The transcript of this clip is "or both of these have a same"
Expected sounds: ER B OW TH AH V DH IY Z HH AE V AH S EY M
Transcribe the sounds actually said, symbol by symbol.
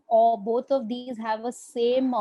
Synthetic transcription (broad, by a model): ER B OW T AH V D IY Z HH AE V AH S EY M